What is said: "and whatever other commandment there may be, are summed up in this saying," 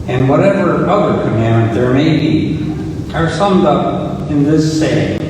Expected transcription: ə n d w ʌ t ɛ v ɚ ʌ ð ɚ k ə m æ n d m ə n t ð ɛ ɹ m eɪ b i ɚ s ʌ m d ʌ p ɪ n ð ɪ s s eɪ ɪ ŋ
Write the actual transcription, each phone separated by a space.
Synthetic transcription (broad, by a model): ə n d w ʌ t ɛ v ɚ ʌ ð ɚ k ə m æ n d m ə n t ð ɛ ɹ m eɪ b i ɚ s ʌ m d ʌ p ɪ n ð ɪ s s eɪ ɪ